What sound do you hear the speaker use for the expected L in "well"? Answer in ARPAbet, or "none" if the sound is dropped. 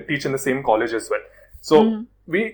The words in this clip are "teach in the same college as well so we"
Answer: N